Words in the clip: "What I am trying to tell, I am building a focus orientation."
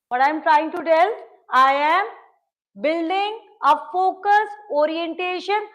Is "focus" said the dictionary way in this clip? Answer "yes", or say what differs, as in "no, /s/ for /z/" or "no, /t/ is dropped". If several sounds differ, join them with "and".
yes